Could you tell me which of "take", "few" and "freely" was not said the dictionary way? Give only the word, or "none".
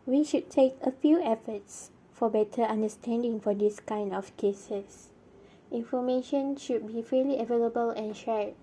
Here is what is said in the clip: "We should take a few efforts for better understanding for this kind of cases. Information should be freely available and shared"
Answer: freely